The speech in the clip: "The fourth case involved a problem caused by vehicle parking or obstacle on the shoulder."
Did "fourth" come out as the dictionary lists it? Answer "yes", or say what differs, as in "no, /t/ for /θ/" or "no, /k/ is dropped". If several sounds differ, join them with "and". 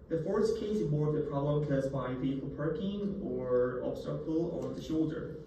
no, /s/ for /θ/